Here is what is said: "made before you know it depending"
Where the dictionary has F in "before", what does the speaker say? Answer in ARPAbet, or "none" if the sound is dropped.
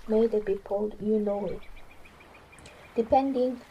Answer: P